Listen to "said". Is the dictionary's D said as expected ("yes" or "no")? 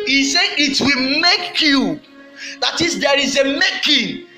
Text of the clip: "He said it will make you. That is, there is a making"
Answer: no